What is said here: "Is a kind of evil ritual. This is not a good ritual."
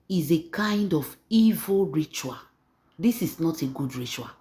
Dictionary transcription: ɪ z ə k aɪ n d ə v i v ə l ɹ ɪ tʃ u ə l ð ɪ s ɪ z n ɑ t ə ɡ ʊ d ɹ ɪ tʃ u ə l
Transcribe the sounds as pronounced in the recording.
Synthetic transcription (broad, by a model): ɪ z ə k aɪ n d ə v i v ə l ɹ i tʃ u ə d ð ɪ s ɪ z n ɑ t ə ɡ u d ɹ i tʃ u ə